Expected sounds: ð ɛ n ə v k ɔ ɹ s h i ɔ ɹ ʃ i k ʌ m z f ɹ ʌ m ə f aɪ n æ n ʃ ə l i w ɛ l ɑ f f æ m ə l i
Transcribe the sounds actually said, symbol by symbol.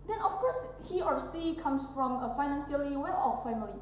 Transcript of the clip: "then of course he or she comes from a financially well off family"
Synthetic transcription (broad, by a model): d ɛ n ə f k ɔ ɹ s h i ɔ ɹ s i k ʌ m s f ɹ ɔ m ə f aɪ n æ n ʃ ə l i w ɛ l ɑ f f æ m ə l i